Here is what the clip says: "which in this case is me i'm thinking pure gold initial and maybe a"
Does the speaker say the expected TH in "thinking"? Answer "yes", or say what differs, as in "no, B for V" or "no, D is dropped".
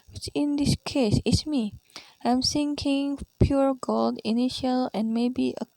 no, S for TH